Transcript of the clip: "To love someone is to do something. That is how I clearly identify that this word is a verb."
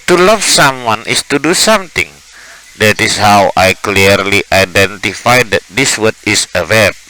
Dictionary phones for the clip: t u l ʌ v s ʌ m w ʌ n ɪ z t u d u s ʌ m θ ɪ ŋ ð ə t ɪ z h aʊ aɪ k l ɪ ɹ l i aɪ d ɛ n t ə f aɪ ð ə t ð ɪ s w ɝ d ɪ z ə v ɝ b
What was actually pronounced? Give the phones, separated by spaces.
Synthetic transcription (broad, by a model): t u l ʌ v s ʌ m w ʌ n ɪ s t u d u s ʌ m t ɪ ŋ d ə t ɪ s h aʊ aɪ k l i ɹ l i aɪ d ɛ n t ə f aɪ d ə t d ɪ s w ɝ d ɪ s ə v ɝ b